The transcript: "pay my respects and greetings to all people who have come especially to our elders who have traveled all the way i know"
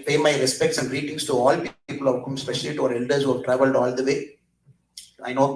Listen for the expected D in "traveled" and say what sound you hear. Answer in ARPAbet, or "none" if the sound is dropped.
D